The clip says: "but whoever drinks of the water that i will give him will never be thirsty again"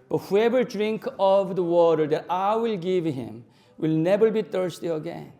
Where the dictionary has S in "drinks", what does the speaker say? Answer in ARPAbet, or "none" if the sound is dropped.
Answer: none